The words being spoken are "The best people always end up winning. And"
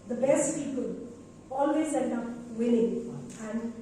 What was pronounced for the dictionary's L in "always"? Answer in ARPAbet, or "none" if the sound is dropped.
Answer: L